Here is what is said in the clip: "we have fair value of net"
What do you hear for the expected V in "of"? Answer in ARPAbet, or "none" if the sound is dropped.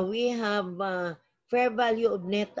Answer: B